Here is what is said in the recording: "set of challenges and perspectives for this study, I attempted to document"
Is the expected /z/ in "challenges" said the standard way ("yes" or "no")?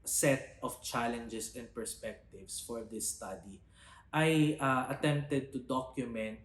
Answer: no